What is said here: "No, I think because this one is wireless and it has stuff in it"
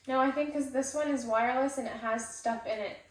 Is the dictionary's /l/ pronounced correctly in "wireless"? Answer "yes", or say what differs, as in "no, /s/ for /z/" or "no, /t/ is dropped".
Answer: yes